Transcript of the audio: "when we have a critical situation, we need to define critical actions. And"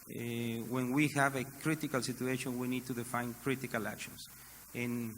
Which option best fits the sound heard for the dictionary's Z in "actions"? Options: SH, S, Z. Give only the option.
S